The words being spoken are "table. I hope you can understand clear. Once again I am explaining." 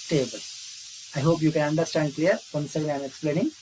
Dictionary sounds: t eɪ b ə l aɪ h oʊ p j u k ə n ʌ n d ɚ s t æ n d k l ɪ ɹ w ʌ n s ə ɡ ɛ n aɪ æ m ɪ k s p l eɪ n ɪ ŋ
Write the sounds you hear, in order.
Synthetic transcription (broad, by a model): t eɪ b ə l aɪ h oʊ p j u k ə n ʌ n d ɚ s t æ n d k l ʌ ɹ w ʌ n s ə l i aɪ m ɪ k s p l eɪ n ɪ ŋ